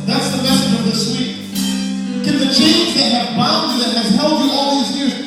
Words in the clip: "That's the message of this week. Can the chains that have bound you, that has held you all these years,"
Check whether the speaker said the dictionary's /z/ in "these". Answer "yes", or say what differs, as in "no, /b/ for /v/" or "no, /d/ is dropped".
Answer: yes